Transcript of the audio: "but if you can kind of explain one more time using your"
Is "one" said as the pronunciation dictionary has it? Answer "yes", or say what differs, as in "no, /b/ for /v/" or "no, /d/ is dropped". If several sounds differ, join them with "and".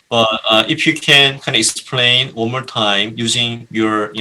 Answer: no, /l/ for /n/